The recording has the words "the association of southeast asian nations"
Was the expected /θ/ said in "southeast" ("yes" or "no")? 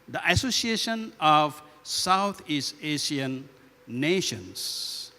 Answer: no